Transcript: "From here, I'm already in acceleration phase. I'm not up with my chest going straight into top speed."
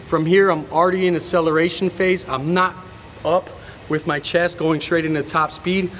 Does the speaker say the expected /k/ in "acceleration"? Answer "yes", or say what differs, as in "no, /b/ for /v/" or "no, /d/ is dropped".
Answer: no, /k/ is dropped